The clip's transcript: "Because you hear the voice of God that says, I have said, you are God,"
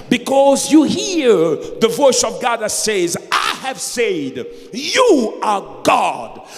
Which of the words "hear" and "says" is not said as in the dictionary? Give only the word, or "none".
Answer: none